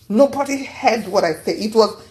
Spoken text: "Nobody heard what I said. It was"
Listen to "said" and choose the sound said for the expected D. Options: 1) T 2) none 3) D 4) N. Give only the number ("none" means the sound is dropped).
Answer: 2